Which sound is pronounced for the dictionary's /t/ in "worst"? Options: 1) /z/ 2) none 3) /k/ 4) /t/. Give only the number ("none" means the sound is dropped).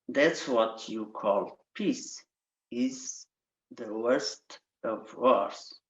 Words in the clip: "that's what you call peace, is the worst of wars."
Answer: 4